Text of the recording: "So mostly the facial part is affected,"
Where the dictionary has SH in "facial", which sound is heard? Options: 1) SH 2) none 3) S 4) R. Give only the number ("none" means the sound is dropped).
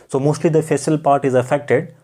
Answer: 3